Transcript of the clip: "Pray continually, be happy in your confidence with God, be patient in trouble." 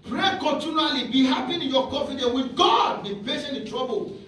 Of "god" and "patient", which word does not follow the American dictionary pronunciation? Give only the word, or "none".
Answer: patient